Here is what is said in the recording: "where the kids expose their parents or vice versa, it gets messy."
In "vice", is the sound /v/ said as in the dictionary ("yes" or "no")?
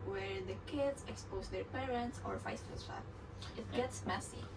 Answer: no